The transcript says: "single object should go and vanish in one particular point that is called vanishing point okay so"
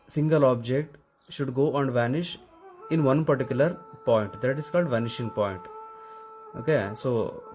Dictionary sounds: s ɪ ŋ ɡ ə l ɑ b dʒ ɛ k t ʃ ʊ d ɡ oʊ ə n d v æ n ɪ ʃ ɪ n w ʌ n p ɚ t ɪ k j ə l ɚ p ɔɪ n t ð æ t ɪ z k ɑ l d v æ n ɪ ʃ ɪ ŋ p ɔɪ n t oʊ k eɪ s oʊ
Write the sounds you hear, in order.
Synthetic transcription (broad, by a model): s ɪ ŋ ɡ ə l ɑ b dʒ ɛ k t ʃ ʊ d ɡ oʊ ə n d v æ n ɪ ʃ ɪ n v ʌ n p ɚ t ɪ k j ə l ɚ p ɔɪ n t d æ t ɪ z k ɑ l d v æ n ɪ ʃ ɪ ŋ p ɔɪ n t oʊ k eɪ s oʊ